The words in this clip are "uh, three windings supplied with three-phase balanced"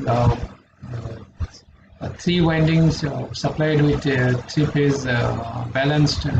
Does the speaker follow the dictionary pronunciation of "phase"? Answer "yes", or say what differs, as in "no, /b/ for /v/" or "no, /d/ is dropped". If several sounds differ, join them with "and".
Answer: no, /p/ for /f/